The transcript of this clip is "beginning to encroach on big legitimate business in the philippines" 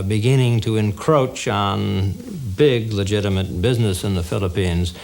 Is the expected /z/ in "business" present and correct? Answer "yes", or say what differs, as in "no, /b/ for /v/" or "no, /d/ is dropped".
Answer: yes